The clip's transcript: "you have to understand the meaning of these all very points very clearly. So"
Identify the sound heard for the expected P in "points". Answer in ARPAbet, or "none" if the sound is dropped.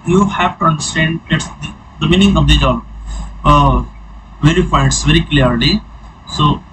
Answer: F